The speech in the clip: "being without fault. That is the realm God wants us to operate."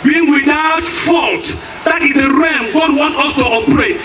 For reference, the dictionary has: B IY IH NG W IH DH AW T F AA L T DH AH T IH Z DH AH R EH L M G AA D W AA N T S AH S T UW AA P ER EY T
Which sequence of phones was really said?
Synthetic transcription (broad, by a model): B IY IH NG W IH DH AW T F AA L T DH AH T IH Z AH R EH M G AA D W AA N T AH S T UW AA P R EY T